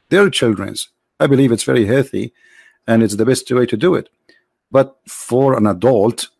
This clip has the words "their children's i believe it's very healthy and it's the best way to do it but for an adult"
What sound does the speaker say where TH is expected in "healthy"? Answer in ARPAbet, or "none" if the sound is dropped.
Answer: TH